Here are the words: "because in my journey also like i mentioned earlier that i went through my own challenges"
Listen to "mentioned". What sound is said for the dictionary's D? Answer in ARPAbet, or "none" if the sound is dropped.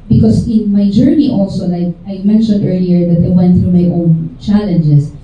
D